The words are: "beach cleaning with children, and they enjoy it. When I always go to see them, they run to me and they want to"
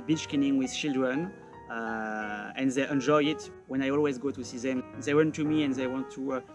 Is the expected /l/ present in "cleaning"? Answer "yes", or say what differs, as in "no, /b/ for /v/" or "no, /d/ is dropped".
no, /l/ is dropped